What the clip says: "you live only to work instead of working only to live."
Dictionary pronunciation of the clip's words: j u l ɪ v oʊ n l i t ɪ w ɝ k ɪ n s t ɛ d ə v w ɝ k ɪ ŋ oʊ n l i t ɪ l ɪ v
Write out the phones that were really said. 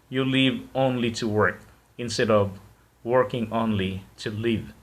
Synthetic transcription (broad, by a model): j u l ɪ v oʊ n l i t ɪ w ɝ k ɪ n s t ɛ d ə v w ɝ k ɪ ŋ oʊ n l i t ɪ l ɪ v